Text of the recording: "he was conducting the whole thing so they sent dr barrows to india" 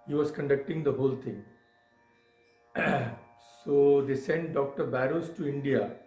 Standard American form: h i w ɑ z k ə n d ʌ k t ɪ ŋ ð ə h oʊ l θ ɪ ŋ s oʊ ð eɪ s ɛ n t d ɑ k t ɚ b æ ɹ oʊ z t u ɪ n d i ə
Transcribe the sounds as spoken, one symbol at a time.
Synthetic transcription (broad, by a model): h i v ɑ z k ə n d ʌ k t ɪ ŋ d ə h oʊ l t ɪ ŋ s oʊ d eɪ s ɛ n t d ɑ k t ɚ b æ ɹ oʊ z t u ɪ n d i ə